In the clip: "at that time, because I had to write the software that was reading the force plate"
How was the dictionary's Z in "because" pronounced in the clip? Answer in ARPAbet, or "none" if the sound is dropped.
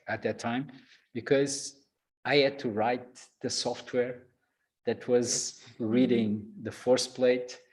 Z